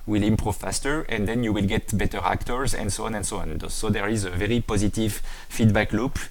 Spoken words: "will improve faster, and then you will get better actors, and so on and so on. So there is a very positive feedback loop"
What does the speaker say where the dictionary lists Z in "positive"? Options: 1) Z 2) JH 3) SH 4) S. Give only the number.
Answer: 1